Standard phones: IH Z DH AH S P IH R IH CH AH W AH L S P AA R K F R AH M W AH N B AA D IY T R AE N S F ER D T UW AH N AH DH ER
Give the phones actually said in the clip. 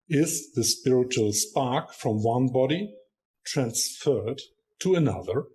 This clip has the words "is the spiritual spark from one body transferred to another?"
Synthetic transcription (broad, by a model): IH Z DH AH S P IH R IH CH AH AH L S P AA R K F R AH M W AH N B AA D IY T R AE N S F ER D T UW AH N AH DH ER